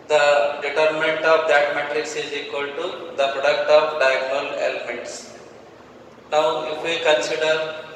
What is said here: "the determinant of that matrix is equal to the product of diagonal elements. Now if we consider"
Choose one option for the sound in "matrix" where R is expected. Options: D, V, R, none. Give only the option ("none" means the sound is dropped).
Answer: R